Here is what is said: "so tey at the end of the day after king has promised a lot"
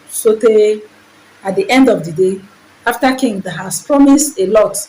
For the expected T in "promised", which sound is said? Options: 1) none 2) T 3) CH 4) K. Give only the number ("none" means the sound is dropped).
2